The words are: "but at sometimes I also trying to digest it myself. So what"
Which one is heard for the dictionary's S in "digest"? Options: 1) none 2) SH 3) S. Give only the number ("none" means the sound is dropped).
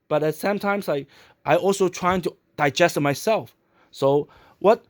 3